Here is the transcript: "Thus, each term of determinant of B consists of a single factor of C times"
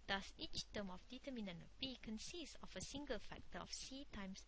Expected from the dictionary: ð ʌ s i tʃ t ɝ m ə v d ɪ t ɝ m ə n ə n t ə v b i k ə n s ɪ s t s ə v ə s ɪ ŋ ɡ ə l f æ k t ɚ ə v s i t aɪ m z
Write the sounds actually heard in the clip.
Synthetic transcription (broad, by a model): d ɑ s i tʃ t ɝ m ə f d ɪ t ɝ m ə n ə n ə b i k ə n s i s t ə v ə s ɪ ŋ ɡ ə l f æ k t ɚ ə f s i t aɪ m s